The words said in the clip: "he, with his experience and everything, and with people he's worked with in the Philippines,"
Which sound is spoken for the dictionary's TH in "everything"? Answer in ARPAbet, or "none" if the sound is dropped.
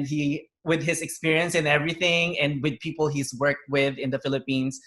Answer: TH